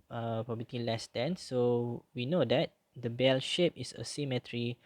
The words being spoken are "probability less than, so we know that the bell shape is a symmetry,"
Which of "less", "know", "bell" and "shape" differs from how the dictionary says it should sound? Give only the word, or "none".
none